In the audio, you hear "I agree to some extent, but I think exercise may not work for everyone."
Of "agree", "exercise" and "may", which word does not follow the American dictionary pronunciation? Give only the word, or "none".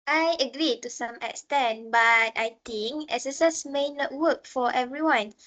exercise